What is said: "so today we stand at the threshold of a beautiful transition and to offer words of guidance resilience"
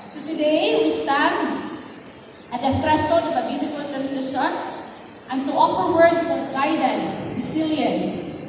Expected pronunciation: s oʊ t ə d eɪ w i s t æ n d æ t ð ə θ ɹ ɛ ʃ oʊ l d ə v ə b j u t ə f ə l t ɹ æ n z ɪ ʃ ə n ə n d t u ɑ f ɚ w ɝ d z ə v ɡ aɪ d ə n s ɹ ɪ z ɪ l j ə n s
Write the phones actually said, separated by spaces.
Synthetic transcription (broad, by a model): s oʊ t ə d eɪ w i s t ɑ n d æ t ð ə f ɹ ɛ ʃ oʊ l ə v ə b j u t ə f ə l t ɹ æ n s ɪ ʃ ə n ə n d t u ɑ f ɚ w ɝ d s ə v ɡ aɪ d ə n s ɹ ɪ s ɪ l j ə n s